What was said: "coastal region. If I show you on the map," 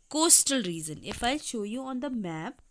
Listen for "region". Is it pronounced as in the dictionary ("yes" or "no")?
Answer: no